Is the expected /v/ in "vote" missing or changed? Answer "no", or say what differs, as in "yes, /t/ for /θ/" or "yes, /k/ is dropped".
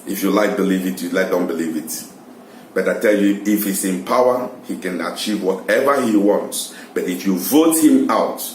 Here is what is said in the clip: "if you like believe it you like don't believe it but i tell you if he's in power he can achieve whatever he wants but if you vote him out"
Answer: no